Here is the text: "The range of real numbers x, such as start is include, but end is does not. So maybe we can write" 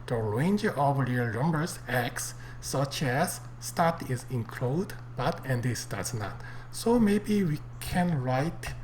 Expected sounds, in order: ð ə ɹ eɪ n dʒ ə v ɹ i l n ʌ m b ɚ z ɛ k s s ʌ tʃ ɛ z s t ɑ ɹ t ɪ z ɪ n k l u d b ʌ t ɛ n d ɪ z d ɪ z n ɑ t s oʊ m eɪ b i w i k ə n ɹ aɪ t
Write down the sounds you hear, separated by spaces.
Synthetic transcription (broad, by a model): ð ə ɹ eɪ n dʒ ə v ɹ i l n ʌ m b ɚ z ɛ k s s ʌ tʃ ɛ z s t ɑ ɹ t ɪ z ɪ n k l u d b ʌ t ɛ n d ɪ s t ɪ s n ɑ t s oʊ m eɪ b i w i k ə n ɹ aɪ t